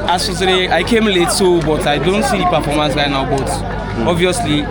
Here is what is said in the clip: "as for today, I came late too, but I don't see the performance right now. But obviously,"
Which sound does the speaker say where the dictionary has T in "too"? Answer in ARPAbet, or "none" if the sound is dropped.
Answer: S